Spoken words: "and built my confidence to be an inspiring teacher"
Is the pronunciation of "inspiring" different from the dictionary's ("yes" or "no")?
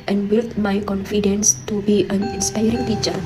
no